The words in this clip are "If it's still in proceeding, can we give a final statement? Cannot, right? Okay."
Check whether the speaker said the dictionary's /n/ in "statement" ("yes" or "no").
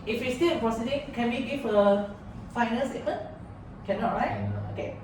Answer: no